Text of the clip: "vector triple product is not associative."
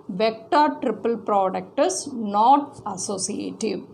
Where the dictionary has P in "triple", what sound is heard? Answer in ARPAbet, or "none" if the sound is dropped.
P